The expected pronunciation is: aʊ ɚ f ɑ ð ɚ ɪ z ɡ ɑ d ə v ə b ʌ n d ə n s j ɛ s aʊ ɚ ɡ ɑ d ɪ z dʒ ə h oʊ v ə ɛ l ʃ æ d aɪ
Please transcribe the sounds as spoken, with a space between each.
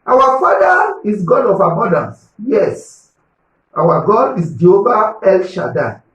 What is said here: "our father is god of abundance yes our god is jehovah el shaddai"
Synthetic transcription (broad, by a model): aʊ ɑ f ɑ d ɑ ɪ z ɡ ɑ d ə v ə b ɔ n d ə n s j ɛ s aʊ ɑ ɡ ɑ d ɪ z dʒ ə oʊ b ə ɛ l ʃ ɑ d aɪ